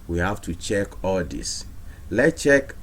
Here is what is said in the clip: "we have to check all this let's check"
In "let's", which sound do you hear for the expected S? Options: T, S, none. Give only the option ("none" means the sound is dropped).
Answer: none